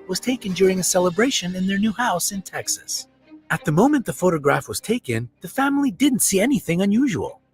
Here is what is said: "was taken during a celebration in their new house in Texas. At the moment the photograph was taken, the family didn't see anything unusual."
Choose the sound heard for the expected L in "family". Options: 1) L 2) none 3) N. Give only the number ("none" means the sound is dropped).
1